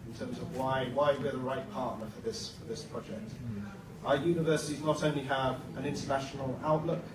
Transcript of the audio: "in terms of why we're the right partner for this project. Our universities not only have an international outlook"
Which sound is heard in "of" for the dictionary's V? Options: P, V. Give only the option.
V